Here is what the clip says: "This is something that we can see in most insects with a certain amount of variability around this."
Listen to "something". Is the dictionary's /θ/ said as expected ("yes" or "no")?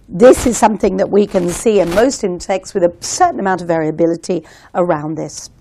yes